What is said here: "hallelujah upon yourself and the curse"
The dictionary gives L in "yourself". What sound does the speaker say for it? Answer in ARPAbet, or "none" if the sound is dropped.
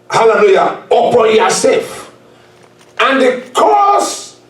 none